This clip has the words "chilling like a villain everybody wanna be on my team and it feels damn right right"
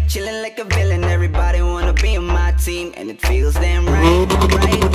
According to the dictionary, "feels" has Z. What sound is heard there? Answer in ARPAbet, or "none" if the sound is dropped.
Z